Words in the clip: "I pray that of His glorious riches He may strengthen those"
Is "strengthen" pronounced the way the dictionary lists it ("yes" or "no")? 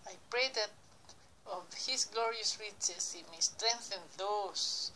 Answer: yes